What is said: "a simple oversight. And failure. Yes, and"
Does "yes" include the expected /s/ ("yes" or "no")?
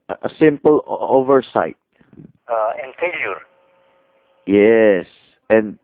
yes